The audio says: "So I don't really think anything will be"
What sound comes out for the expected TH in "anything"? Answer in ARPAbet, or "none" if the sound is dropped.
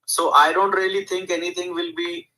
T